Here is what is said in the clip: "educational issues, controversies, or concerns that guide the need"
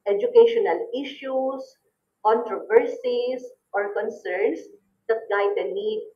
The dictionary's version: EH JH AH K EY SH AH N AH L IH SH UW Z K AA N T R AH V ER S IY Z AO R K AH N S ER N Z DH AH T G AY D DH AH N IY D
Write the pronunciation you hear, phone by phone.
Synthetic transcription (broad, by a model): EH JH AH K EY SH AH N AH L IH SH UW S K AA N T R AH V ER S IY S AO R K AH N S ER N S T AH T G AY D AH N IY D